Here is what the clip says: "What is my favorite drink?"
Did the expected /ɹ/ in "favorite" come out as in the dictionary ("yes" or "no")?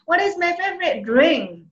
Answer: yes